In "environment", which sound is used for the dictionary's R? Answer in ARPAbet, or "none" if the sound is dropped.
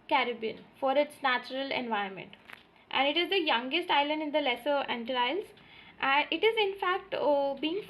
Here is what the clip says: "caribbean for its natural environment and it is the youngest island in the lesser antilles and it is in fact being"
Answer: none